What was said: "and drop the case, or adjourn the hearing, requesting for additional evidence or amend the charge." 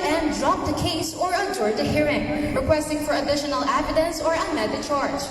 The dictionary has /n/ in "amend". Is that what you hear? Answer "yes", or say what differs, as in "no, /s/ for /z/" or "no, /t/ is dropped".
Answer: no, /n/ is dropped